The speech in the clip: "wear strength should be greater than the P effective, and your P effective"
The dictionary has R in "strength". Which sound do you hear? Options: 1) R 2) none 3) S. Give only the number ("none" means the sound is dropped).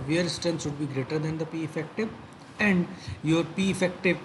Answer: 2